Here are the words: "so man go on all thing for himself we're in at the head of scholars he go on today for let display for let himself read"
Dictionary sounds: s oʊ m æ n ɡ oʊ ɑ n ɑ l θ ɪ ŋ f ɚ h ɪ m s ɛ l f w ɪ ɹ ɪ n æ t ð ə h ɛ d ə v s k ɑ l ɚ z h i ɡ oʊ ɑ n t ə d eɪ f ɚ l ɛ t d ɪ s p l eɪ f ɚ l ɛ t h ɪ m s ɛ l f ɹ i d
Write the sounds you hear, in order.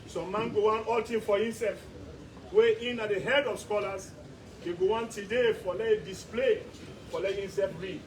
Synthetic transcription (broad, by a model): s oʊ m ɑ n ɡ oʊ ɑ n ɑ l t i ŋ f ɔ h ɪ m s ɛ l f w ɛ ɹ ɪ n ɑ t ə h ɛ d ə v s k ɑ l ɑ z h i ɡ oʊ ɑ n t ə d eɪ f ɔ l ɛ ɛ d ɪ s p l eɪ f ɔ l ɛ t h ɪ m s ɛ l f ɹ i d